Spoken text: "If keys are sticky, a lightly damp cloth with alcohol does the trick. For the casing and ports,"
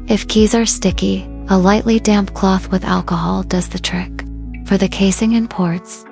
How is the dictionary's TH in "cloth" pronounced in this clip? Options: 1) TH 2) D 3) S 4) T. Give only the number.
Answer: 1